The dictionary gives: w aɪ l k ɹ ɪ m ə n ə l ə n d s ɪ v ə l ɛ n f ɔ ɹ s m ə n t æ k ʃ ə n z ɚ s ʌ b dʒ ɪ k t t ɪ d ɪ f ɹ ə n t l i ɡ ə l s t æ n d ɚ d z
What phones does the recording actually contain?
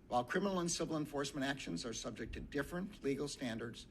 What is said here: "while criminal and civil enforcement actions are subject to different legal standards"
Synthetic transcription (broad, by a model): w aɪ l k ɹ ɪ m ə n l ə n s ɪ v l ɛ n f ɔ ɹ s m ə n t æ k ʃ ə n z ɚ s ʌ b dʒ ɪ k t t ɪ d ɪ f ɹ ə n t l i ɡ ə l s t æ n d ɚ d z